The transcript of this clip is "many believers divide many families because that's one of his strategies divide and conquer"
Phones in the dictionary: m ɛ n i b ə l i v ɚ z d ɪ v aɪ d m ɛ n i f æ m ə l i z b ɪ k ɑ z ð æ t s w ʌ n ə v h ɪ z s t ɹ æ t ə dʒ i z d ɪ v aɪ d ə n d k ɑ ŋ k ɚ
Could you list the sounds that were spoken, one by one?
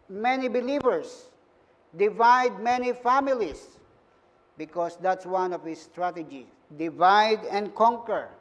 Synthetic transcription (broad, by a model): m ɛ n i b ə l i v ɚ s d ɪ v aɪ d m ɛ n i f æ m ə l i s b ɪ k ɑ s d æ t s w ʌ n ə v h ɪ s t ɹ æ t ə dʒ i d ɪ v aɪ d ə n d k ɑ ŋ k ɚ